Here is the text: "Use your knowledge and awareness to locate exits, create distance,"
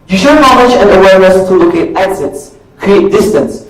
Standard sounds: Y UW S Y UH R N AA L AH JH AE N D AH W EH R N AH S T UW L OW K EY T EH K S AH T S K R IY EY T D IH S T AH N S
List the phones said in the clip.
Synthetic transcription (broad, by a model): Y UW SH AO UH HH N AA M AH CH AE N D AH W EH R N AH S T UW L OW K EY T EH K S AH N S K R IY EY T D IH S T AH N S